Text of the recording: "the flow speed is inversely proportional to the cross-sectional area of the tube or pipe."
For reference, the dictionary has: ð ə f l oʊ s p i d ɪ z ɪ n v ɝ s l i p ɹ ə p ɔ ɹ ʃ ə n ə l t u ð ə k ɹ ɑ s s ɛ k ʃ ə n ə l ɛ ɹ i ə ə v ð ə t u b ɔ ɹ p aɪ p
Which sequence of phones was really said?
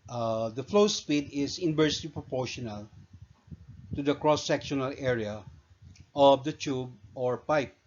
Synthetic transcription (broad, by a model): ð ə f l oʊ s p i d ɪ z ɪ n b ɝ s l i p ɹ ə p ɔ ɹ ʃ ə n ə l t u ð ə k ɹ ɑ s s ɛ k ʃ ə n ə l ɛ ɹ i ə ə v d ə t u b ɔ ɹ p aɪ p